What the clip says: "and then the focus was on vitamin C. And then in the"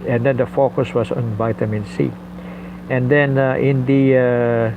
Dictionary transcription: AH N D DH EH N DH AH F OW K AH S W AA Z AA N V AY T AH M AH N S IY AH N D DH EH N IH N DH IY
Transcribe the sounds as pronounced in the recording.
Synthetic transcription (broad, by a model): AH N D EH N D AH F OW K AH S W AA S AA N V AY T AH M AH N S IY AH N D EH N IH N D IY